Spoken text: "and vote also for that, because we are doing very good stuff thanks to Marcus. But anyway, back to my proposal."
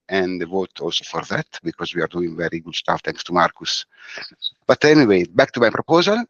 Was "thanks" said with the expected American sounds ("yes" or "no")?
no